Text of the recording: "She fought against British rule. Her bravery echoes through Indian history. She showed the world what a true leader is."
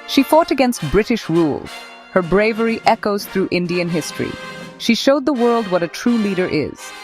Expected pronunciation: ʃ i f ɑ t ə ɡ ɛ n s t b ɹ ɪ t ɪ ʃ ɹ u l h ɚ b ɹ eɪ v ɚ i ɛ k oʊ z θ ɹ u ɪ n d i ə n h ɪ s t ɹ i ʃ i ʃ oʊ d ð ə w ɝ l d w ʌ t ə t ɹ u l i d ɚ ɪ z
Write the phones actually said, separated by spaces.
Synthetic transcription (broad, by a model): ʃ i f ɑ t ə ɡ ɛ n s t b ɹ ɪ t ɪ ʃ ɹ u l h ɚ b ɹ eɪ v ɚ i ɛ k oʊ z θ ɹ u ɪ n d i ə n h ɪ s t ɹ i ʃ i ʃ oʊ d ð ə w ɝ l d w ʌ t ə t ɹ u l i d ɚ ɪ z